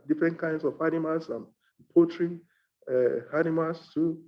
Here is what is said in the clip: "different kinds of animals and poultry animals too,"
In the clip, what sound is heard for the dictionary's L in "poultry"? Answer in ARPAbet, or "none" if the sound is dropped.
none